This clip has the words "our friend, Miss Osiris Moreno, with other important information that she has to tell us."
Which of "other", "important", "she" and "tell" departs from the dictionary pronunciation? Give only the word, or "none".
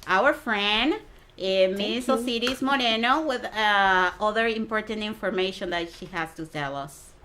tell